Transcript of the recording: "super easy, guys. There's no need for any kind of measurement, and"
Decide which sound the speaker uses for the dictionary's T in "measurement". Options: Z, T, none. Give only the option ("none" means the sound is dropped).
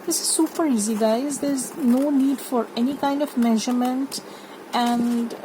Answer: T